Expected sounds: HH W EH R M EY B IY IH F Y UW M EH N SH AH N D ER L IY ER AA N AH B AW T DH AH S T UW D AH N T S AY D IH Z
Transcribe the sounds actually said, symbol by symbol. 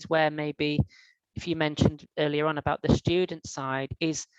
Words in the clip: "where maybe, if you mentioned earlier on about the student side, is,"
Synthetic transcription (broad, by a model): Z W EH M EY B IY IH F Y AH M EH N SH AH N D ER L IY ER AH N AH B AW T DH AH S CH UW D N T S AY D IH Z